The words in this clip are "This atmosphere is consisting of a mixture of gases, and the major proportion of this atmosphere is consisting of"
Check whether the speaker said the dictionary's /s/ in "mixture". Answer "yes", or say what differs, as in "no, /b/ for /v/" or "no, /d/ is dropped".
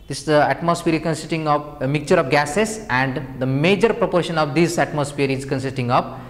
no, /s/ is dropped